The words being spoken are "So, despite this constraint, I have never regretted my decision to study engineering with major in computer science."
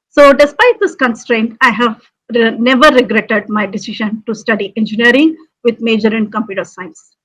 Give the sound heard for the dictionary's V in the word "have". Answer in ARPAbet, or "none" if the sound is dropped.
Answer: V